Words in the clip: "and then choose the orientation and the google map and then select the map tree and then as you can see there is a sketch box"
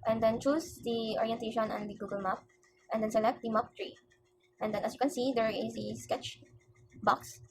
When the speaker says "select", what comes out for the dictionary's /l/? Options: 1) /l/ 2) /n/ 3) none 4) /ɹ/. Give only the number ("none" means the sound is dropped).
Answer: 1